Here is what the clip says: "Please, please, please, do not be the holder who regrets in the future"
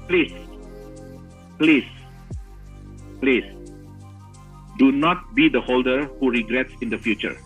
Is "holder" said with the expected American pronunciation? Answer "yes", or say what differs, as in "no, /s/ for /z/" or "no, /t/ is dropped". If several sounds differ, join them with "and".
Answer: yes